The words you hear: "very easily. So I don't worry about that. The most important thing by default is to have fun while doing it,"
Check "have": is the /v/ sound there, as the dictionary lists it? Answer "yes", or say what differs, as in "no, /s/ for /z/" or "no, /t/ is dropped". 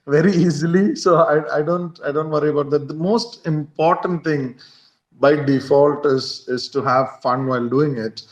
yes